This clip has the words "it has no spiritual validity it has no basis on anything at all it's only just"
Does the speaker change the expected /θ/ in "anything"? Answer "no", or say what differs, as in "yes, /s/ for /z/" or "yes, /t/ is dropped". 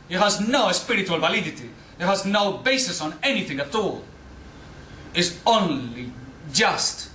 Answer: no